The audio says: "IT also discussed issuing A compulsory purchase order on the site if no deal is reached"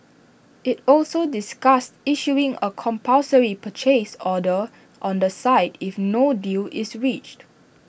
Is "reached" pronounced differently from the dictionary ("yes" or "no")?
no